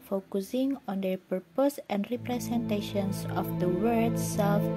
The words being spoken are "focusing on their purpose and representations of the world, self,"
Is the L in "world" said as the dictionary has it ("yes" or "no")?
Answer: no